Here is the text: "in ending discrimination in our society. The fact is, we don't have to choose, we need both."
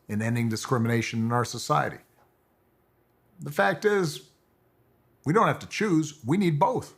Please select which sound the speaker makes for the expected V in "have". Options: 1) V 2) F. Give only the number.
2